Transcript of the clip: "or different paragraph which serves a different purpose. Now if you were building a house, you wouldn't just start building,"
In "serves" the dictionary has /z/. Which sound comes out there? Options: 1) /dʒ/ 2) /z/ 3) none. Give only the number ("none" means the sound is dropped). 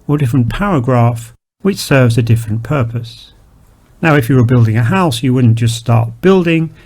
2